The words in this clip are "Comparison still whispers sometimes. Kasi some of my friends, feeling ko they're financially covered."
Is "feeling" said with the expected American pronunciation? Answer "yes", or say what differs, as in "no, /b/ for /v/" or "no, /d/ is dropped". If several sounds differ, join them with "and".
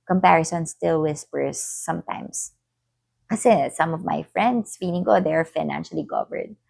no, /n/ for /l/